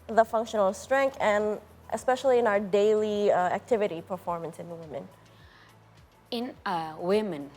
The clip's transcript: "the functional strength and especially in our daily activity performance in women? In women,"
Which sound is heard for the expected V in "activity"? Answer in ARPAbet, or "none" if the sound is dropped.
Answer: V